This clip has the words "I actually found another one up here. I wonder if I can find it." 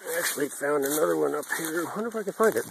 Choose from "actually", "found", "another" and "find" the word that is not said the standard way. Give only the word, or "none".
none